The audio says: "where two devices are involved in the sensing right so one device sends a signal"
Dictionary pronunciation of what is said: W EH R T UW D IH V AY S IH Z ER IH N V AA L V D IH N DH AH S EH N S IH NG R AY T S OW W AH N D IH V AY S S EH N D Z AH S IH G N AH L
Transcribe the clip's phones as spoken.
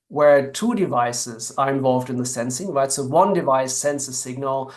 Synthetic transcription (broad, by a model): W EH R T UW D IH V AY S IH Z ER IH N V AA L V D IH N DH AH S EH N S IH NG W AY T S OW W AH N D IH V AY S S EH N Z AH S IH G N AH L